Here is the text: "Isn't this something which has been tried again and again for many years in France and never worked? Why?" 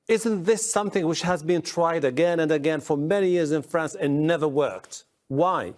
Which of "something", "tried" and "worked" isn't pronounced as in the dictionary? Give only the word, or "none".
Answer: none